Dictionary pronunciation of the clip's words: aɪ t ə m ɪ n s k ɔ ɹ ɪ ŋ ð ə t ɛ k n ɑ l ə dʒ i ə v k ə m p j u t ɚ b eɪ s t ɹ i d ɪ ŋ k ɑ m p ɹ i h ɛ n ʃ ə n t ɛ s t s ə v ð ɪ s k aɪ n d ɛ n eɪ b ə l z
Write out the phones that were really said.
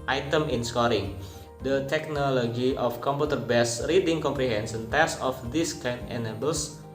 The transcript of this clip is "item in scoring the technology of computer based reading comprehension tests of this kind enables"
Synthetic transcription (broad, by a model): aɪ t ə m ɪ n s k ɔ ɹ ɪ ŋ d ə t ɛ k n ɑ l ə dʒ i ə f k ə m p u t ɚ b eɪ s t ɹ i d ɪ ŋ k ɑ m p ɹ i h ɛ n s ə n t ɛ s s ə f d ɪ s k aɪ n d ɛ n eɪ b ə l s